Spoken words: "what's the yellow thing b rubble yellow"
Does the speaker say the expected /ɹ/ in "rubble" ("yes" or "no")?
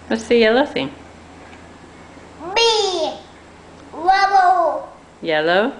no